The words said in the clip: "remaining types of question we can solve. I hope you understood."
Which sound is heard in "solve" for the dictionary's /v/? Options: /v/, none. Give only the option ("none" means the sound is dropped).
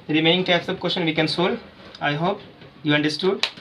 none